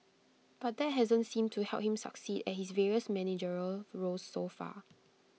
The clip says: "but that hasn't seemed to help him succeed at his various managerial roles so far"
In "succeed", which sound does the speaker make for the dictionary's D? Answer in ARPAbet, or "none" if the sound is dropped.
D